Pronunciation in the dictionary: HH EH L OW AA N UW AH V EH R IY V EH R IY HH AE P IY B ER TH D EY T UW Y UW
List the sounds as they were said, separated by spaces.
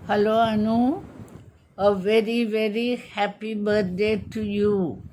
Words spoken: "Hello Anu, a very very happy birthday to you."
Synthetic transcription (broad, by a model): HH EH L OW AA N UW AH V EH R IY V EH R IY HH AE P IY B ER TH D EY T UW Y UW